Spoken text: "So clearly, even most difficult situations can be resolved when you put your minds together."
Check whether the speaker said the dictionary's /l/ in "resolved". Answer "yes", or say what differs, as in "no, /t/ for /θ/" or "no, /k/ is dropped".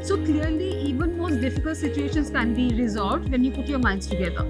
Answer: no, /l/ is dropped